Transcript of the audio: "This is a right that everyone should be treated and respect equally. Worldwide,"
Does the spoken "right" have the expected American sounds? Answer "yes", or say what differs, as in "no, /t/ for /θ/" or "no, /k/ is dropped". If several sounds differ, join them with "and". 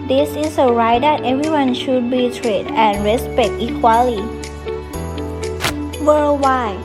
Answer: yes